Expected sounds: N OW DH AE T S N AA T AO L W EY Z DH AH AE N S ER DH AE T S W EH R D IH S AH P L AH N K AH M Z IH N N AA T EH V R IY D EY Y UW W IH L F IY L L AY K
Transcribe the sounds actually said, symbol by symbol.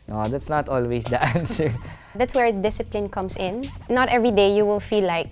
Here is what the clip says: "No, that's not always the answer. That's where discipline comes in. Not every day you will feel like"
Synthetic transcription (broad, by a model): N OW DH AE T S N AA T AO L W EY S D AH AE N S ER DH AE T S W EH R D IH S AH P L AH N K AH M S IH N N AA T EH V R IY D EY Y UW W IH L F IY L L AY K